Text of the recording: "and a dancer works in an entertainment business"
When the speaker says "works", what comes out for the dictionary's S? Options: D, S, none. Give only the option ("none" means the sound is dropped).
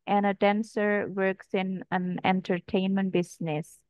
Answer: S